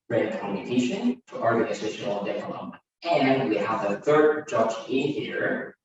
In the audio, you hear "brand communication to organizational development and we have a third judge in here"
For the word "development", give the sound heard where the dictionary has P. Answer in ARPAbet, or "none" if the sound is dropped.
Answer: none